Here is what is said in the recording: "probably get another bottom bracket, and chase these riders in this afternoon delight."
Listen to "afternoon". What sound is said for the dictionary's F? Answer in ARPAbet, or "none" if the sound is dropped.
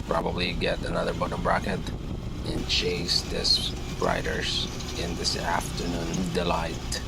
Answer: F